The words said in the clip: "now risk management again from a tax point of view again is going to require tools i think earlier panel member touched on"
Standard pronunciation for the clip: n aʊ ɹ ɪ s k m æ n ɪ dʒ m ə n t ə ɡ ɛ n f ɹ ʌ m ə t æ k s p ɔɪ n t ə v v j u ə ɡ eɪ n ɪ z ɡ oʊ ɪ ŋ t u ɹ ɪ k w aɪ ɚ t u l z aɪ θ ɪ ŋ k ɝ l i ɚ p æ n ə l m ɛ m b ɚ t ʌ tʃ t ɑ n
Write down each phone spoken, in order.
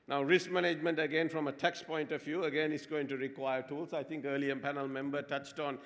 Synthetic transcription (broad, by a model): n aʊ ɹ ɪ s k m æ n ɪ dʒ m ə n t ə ɡ ɛ n f ɹ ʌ m ə t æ k s p ɔɪ n t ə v v j u ə ɡ eɪ n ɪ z ɡ oʊ ɪ ŋ t u ɹ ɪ k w aɪ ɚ t u l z aɪ t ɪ ŋ k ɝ l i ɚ p æ n ə l m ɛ m b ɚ t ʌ tʃ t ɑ n